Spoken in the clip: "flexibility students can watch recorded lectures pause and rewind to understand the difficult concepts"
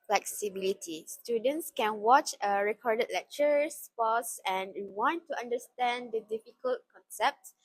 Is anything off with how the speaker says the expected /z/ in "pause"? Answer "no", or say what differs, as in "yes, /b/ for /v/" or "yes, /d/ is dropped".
yes, /s/ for /z/